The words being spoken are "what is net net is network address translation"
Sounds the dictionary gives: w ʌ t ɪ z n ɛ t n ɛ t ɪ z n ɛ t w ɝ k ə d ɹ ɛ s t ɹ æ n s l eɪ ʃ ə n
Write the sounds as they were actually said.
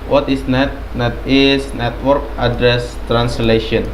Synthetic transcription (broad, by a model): w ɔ t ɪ s n ɛ t n ɛ t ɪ s n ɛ t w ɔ k ə d ɹ ɛ s t ɹ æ n s l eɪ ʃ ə n